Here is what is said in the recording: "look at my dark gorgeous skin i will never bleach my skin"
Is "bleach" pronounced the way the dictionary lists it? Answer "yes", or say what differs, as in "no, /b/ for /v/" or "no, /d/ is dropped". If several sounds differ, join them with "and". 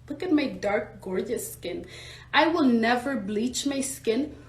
yes